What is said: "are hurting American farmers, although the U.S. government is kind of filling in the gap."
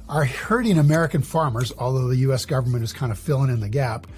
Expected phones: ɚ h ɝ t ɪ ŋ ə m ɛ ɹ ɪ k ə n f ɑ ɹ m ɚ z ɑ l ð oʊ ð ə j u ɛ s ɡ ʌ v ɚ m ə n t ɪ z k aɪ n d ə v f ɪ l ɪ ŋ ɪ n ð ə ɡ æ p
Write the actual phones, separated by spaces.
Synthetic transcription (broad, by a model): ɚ h ɝ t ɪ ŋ ə m ɛ ɹ ɪ k ə n f ɑ ɹ m ɚ z ɑ l ð oʊ ð ə j u ɛ s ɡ ʌ v ɚ m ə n t ɪ z k aɪ n d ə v f ɪ l ɪ ŋ ɪ n ð ə ɡ æ p